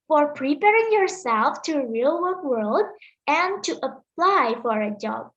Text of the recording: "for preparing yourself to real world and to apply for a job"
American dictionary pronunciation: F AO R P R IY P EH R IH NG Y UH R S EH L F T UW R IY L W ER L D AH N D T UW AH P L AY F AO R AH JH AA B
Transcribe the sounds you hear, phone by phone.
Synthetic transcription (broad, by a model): F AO R P R IY P EH R IH NG Y UH R S EH L F T UW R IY L W ER L D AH N T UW AH P L AY F AO R AH JH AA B